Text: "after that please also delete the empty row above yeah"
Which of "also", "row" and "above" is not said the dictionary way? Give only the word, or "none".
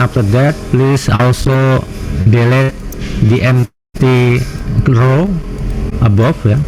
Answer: above